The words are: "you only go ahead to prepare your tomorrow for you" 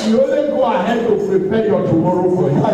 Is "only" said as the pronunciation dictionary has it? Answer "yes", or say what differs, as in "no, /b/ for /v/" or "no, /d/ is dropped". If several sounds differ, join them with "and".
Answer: no, /n/ is dropped